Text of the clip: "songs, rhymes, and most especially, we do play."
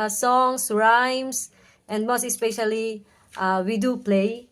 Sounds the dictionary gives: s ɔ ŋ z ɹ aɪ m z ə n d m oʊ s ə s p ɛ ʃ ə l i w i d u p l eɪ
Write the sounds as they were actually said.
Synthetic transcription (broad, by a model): s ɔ ŋ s ɹ aɪ m s ə n d m oʊ s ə s p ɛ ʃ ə l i w i d u p l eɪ